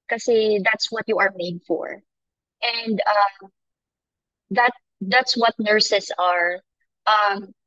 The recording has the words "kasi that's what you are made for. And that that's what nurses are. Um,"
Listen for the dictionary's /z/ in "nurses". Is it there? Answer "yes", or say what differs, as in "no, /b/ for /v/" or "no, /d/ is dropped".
no, /s/ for /z/